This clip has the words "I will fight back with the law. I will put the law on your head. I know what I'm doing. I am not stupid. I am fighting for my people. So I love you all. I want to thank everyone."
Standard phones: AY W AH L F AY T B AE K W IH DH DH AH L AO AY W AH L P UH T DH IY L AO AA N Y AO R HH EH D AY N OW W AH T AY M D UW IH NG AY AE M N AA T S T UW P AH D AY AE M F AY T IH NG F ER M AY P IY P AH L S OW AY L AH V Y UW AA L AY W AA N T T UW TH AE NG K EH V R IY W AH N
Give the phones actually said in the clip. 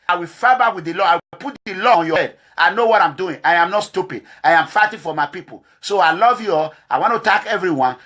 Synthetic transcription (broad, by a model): AY W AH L F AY B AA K W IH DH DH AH L AO AY W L P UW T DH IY L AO AA N Y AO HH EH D AY N OW W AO T AY M D UW IH NG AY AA M N AA T S T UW P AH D AY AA M F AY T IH F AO M AY P IY P AH L S OW AY L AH V Y UW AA AY W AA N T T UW T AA K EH V R IY W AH N